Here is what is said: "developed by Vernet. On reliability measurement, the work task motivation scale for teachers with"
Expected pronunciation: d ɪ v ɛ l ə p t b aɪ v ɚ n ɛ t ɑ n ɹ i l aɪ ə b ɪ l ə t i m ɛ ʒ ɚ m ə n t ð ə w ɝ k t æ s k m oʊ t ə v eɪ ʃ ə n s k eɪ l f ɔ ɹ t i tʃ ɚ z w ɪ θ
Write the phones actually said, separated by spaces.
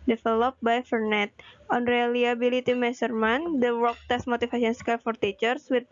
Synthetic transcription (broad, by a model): d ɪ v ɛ l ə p b aɪ f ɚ n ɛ t ɑ n ɹ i l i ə b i l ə t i m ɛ s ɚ m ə n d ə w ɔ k t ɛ s m oʊ t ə f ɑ s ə n s k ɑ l f ɔ ɹ t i tʃ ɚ s w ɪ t